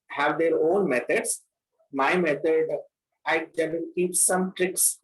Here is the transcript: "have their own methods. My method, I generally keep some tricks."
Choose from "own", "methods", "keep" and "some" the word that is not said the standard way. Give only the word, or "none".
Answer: methods